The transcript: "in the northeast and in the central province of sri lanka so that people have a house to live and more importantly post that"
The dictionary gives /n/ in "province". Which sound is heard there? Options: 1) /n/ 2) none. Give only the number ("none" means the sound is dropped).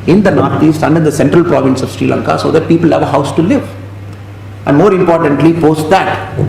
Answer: 1